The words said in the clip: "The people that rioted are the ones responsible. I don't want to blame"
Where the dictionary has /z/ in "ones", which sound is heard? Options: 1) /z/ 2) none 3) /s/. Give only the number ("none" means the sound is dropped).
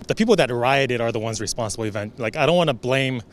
1